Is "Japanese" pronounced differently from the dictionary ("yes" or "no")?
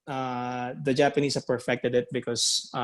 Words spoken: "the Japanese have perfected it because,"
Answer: yes